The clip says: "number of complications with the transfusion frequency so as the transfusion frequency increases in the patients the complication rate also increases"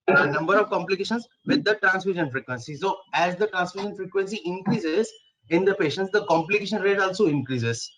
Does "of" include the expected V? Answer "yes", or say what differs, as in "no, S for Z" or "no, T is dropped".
yes